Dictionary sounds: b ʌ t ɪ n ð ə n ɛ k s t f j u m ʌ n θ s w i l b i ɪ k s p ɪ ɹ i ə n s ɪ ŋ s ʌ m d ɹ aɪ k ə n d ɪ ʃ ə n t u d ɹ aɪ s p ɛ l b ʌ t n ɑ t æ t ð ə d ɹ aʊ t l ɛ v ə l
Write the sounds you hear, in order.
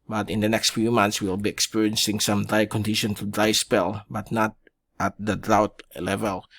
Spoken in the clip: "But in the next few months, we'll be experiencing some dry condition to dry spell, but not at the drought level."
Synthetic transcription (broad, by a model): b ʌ t ɪ n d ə n ɛ k s t f j u m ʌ n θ s w i l b i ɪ k s p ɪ ɹ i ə n s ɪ ŋ s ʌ m d ɹ aɪ k ə n d ɪ ʃ ə n t u d ɹ aɪ s p ɛ l b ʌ t n ɑ t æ t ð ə d ɹ aʊ t l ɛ v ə l